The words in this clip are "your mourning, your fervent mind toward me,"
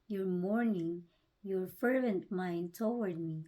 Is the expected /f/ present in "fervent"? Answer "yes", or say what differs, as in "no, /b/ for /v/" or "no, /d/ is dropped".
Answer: yes